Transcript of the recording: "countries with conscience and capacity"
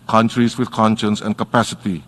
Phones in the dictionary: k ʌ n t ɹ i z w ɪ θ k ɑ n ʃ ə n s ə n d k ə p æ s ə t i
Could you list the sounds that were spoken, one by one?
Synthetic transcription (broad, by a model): k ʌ n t ɹ i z w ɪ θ k ɑ n ʃ ə n s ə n k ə p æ s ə t i